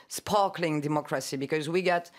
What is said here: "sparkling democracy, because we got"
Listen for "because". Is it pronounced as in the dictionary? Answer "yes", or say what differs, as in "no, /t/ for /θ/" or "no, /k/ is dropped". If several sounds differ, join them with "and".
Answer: yes